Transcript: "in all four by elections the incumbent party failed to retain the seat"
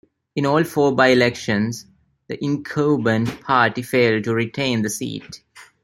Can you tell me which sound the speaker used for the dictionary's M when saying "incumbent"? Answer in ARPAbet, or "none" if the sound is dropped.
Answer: none